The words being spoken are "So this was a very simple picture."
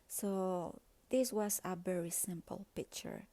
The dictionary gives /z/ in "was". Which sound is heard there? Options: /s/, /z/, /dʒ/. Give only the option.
/s/